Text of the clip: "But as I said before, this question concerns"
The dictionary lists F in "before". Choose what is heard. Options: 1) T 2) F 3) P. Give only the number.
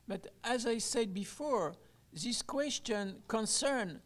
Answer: 2